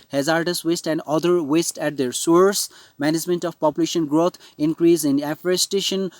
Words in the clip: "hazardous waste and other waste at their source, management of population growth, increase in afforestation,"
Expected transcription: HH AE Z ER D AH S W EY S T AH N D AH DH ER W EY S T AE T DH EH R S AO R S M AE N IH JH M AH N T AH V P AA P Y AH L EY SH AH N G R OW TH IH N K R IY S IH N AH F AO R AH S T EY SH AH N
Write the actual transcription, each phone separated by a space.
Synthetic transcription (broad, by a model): HH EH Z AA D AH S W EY S T AH N D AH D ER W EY S T AE T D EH R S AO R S M AE N IH JH M AH N T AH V P AA P Y AH L EY SH AH N G R OW T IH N K R IY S IH N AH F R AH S T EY SH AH N